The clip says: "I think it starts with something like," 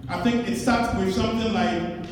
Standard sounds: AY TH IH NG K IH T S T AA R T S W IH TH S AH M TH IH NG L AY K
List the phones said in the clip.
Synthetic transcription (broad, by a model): AY TH IH NG K IH T S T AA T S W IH S AH M TH IH NG L AY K